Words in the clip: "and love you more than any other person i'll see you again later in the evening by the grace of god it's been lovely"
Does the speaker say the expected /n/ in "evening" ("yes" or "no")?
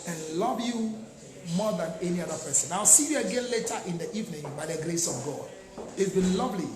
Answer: yes